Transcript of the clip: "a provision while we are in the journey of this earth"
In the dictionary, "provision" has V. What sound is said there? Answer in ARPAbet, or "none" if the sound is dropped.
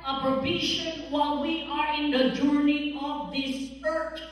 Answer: B